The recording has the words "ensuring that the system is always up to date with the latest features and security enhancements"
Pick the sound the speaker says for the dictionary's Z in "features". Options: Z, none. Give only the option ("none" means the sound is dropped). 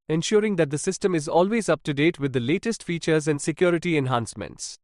Z